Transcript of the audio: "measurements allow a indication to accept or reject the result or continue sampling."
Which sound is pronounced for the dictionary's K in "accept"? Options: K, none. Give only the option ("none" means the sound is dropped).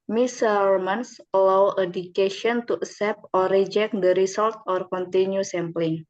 none